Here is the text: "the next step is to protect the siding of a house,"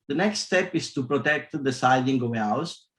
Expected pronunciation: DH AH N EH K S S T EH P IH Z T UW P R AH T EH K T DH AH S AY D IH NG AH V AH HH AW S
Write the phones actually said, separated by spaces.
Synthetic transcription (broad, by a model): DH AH N EH K S S T EH P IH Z T UW P R AH T EH K T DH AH S AY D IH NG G AH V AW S